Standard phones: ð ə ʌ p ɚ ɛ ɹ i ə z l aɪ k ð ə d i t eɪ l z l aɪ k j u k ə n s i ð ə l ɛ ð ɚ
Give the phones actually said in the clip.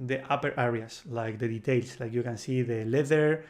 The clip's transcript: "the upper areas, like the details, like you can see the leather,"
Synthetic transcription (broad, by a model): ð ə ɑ p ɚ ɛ ɹ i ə s l aɪ k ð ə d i t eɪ l s l aɪ k j u k ə n s i ð ə l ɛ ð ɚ